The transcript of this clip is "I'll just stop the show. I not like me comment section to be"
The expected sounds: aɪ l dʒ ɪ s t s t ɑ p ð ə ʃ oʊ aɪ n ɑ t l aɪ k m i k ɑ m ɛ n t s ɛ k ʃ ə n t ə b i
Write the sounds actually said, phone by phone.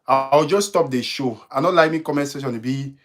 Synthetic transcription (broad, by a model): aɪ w dʒ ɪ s s t ɑ p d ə ʃ oʊ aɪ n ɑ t l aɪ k m i k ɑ m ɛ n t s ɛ ʃ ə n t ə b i